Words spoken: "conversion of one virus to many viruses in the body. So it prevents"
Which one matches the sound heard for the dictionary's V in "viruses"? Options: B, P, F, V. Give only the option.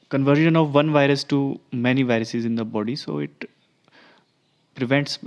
V